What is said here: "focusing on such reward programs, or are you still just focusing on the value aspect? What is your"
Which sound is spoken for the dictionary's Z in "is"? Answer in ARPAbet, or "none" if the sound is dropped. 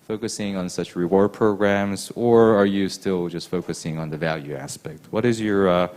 Z